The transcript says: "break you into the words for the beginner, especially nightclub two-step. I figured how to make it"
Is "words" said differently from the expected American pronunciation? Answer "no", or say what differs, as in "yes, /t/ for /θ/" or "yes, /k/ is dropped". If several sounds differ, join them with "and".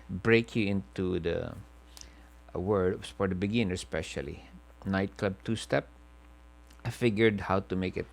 yes, /z/ is dropped